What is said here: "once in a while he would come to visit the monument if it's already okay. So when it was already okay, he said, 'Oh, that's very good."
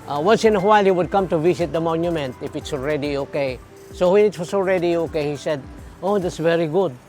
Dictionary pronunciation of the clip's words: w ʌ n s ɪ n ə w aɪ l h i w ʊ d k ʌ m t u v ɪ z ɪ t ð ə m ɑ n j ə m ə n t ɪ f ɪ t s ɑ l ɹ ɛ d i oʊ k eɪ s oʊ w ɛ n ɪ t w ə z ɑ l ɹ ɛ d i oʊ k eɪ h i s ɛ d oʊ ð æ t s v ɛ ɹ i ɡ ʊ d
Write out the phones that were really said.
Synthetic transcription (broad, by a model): w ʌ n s ɪ n ə w aɪ l h i w ʊ d k ʌ m t u v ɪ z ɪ t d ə m ɑ n j ə m ə n t ɪ f ɪ t s ɑ l ɹ ɛ d i oʊ k eɪ s oʊ w ɛ n ɪ t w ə s ɑ l ɹ ɛ d i oʊ k eɪ h i s ɛ d oʊ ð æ t s v ɛ ɹ i ɡ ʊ d